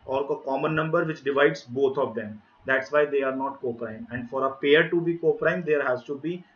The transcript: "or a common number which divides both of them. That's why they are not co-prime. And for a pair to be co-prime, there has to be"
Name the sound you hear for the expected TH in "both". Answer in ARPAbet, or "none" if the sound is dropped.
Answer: T